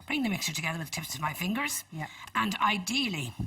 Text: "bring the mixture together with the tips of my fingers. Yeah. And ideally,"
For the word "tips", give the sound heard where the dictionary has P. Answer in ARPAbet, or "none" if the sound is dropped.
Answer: P